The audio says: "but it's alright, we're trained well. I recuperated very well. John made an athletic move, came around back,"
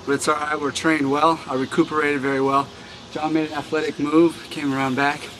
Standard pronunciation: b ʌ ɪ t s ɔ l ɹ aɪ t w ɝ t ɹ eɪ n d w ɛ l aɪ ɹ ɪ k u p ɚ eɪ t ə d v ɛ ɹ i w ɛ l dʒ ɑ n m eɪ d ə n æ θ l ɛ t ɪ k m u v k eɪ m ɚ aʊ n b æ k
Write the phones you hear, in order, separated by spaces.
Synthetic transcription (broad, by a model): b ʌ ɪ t s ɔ ɹ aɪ w ɝ t ɹ eɪ n d w ɛ l aɪ ɹ ɪ k u p ɚ eɪ t ə d v ɛ ɹ i w ɛ l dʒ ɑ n m eɪ d ə n æ θ l ɛ t ɪ k m u v k eɪ m ɚ aʊ n b æ k